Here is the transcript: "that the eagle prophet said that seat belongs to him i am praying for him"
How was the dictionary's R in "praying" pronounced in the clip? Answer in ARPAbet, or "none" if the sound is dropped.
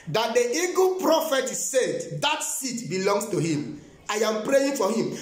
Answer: R